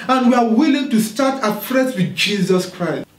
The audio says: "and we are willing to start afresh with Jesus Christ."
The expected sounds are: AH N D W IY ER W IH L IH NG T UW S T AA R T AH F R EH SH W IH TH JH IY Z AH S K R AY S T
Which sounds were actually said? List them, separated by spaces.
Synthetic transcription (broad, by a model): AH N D W IY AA W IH L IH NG T UW S T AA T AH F R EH S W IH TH JH IY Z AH S K R AY S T